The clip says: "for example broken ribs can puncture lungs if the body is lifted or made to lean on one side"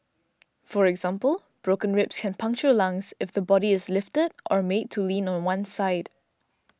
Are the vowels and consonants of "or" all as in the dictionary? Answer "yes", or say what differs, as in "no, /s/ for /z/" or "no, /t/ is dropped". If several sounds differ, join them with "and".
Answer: yes